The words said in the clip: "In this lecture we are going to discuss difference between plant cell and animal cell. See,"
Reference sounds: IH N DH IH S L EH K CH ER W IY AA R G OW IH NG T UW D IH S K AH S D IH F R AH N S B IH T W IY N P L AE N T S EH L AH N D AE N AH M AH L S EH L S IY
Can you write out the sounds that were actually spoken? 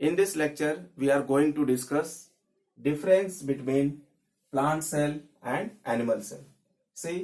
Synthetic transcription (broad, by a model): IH N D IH S L EH K CH ER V IY AA R G OW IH NG T UW D IH S K AH S D IH F R AH N S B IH T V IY N P L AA N T S EH L AH N D AE N AH M AH L S EH L S IY